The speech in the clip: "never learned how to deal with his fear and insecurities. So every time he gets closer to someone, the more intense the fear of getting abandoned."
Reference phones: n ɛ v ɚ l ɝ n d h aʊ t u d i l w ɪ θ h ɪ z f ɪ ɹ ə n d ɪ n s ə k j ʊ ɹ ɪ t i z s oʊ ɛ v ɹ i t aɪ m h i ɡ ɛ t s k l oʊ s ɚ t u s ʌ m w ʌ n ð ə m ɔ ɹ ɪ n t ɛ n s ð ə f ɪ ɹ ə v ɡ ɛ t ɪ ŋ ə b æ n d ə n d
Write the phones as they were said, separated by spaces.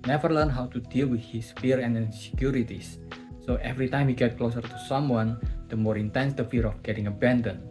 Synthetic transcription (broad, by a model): n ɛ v ɚ l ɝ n h aʊ t u d i l w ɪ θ h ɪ s f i ɹ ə n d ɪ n s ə k j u ɹ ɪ t i s oʊ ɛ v ɹ i t aɪ m h i ɡ ɛ t k l oʊ s ɚ t u s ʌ m w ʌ n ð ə m ɔ ɹ ɪ n t ɛ n s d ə f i ɹ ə f ɡ ɛ t ɪ ŋ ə b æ n d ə n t